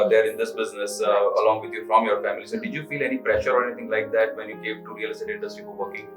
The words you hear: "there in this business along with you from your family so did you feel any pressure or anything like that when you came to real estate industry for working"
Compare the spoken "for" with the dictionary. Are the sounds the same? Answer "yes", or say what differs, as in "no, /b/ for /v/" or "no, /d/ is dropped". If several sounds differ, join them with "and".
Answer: no, /p/ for /f/